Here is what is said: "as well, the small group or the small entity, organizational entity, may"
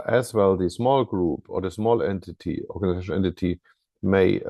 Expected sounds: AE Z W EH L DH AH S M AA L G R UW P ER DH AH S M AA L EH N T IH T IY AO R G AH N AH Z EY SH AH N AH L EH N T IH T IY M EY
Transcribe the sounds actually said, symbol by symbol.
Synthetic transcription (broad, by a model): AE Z W EH L DH AH S M AA L G R UW P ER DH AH S M AA L EH N T IH T IY AO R G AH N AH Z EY AH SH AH EH N T IH T IY M EY